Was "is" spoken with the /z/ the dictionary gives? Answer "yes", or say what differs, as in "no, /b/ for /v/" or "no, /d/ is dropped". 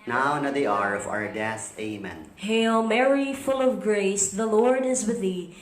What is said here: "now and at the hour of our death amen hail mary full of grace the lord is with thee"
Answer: yes